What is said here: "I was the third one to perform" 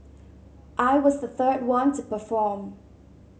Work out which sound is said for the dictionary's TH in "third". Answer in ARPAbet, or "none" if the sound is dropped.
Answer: TH